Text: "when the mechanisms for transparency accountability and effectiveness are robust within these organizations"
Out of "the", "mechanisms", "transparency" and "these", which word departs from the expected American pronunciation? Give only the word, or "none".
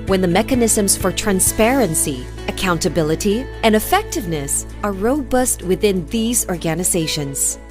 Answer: none